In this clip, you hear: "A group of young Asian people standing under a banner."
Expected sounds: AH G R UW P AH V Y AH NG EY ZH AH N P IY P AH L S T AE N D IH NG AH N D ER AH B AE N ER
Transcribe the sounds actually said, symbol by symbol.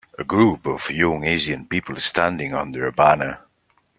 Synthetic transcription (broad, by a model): AH G R UW P AH V Y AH NG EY Z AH N P IY P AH L S T AE N D IH NG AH N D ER AH B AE N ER